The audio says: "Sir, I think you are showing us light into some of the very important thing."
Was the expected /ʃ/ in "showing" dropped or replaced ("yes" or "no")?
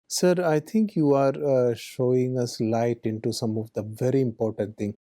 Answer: no